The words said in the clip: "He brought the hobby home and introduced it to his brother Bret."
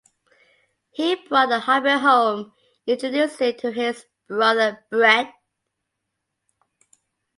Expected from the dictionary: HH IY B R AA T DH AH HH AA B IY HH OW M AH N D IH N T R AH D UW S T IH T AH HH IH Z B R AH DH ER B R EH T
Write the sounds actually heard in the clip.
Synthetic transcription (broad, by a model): HH IY B R AA T DH AH HH AA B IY HH OW AH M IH N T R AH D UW S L IH T AH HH IH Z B R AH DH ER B R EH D